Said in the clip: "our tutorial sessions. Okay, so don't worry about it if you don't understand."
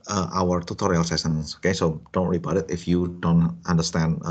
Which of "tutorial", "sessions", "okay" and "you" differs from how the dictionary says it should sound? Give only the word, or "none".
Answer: sessions